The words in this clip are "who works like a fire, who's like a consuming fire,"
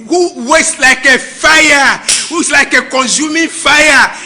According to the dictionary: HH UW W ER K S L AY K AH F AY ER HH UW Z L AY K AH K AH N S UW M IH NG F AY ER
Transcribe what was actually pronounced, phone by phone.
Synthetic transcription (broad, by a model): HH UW W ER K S L AY K AH F AY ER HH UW S L AY K AH K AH N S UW M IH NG F AY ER